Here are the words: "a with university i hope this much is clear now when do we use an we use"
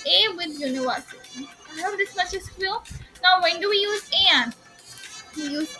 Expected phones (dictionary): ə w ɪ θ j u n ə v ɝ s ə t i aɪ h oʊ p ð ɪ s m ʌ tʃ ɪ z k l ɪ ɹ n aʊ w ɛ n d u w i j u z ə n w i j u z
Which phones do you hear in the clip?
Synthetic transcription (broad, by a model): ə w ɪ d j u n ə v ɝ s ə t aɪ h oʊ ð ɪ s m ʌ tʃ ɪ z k w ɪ l n aʊ w ɛ n d u w i j u z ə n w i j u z